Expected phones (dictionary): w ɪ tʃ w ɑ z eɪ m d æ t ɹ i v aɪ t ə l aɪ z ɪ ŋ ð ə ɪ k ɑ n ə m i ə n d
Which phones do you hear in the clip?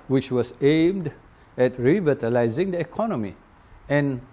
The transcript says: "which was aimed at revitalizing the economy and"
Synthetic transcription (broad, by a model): w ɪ tʃ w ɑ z eɪ m d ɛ t ɹ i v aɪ t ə l aɪ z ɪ ŋ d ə ɪ k ɑ n ə m i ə n